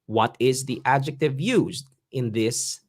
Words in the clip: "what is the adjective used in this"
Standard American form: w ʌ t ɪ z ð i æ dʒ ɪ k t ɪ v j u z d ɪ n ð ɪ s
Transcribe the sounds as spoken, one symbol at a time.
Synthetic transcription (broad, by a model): w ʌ t ɪ z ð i æ dʒ ɪ k t ɪ v j u z d ɪ n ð ɪ s